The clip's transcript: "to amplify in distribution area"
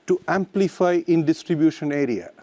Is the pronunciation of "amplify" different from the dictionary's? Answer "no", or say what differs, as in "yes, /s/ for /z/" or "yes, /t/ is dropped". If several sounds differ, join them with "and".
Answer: no